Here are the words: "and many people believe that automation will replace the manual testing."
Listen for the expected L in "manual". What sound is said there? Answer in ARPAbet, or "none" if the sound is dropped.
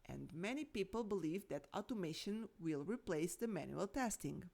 L